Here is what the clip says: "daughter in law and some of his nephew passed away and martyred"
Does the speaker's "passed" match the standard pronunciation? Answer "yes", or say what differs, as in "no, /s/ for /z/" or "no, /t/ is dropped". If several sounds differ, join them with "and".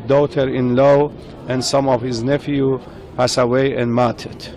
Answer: no, /t/ is dropped